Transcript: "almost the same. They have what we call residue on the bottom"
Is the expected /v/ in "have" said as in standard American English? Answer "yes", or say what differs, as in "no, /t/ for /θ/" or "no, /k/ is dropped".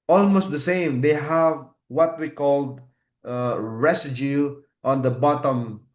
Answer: yes